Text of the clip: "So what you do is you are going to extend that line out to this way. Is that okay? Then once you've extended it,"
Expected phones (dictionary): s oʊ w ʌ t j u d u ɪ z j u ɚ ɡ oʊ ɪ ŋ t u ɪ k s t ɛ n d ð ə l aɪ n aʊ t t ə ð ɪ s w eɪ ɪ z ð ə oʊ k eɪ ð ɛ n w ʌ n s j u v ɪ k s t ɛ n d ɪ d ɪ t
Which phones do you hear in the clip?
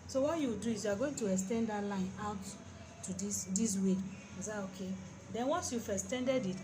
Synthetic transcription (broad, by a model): s oʊ w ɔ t j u d u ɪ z j u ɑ ɡ oʊ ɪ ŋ t u ɪ k s t ɛ n d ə l aɪ n aʊ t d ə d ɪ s w eɪ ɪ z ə oʊ k eɪ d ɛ n w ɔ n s j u f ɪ s t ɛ n d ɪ d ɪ t